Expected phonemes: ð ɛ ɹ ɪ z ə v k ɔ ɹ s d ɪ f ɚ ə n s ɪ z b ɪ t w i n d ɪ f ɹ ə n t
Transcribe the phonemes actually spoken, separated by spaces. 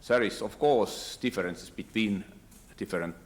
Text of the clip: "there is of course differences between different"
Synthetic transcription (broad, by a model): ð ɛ ɹ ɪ s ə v k ɔ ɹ s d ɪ f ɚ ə n s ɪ s b ɪ t w i n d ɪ f ɹ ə n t